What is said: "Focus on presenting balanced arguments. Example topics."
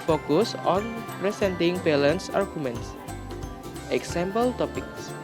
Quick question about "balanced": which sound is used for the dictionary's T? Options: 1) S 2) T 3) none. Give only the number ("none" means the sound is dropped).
3